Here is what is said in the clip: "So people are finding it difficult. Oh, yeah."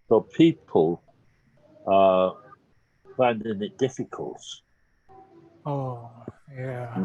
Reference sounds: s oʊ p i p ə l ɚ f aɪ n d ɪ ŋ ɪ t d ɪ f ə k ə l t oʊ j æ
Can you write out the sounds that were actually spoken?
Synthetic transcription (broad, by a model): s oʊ p i p ə l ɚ f aɪ n d ɪ ŋ ɪ t d ɪ f ə k ə l t oʊ j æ